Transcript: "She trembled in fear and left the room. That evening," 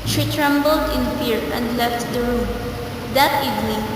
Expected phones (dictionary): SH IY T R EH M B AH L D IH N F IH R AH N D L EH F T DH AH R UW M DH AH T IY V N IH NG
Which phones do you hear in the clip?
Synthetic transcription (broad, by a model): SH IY T R EH M B AH L D IH N F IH R AH N D L EH F T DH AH R UW M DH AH T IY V N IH NG